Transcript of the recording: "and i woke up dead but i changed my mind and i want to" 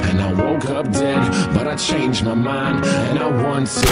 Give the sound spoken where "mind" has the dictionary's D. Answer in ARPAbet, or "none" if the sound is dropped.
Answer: D